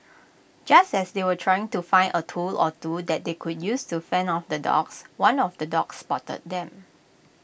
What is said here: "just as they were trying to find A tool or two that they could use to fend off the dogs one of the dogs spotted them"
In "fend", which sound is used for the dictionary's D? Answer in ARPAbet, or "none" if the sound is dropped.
none